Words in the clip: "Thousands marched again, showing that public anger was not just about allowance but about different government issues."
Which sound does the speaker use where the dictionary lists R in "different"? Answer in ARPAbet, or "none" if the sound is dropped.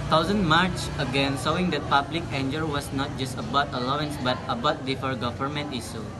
none